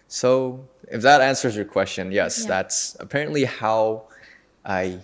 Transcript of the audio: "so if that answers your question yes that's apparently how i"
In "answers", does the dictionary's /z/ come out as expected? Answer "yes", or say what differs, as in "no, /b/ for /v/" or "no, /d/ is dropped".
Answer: yes